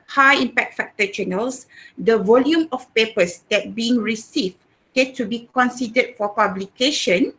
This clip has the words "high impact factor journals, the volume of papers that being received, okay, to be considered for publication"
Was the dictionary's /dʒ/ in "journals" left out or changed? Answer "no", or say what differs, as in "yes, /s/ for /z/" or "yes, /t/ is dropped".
yes, /tʃ/ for /dʒ/